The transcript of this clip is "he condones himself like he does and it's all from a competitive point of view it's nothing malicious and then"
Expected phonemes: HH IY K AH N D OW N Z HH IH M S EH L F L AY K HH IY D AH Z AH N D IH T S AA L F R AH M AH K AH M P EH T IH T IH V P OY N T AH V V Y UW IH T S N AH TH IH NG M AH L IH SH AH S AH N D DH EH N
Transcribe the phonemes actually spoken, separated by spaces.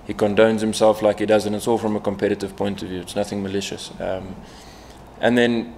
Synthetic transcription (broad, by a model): HH IY K AH N D OW N Z HH IH M S EH L F L AY K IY D AH Z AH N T IH T S AA L F R AH M AH K AH M P EH T IH T IH V P OY N T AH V V Y UW IH T S N AH TH IH NG M AH L IH SH AH S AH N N DH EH N